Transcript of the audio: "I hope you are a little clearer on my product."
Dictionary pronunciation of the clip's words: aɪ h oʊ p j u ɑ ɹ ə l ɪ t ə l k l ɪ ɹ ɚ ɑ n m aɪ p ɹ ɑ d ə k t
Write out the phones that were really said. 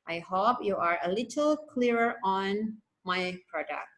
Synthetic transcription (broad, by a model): aɪ h oʊ p j u ɑ ɹ ə l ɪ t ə l k l ɪ ɹ ɚ ɑ n m aɪ p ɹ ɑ d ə k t